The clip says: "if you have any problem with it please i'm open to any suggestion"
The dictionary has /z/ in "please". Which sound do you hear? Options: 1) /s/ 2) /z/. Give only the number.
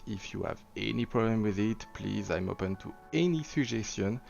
2